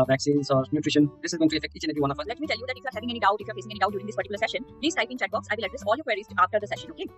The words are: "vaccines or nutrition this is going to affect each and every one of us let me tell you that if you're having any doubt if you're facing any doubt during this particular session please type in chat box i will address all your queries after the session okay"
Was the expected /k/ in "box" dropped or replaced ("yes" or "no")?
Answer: no